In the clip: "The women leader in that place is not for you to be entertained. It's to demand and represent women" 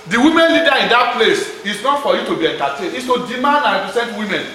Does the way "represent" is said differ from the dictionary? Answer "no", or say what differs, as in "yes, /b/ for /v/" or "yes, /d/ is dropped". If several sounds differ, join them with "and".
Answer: yes, /ɹ/ is dropped and /s/ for /z/